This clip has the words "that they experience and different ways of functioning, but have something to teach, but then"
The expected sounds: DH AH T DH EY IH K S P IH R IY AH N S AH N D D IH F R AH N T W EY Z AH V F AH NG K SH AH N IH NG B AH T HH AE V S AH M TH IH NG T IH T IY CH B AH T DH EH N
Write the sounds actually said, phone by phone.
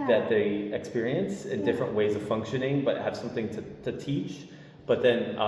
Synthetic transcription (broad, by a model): DH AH T DH EY IH K S P IH R IY AH N S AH N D D IH F R AH N T W EY Z AH V F AH NG K SH AH N IH NG B AH T HH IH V S AH M TH IH NG T IH T IY CH B AH T DH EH N